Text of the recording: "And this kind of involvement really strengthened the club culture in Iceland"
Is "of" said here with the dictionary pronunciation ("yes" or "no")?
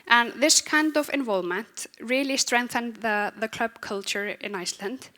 yes